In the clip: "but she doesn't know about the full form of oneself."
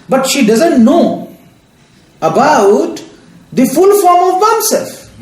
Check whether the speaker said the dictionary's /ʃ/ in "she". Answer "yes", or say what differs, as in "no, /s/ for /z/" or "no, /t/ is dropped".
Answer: yes